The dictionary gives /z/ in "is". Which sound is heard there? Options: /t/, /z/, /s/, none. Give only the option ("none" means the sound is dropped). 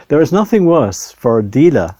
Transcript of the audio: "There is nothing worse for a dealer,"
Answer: /z/